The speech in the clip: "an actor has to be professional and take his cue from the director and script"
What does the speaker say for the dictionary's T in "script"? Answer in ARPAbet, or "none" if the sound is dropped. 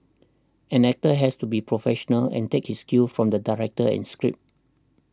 none